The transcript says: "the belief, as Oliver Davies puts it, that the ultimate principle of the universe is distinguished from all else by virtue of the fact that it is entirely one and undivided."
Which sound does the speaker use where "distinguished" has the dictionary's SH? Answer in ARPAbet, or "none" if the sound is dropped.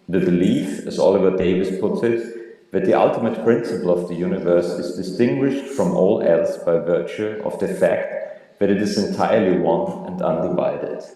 SH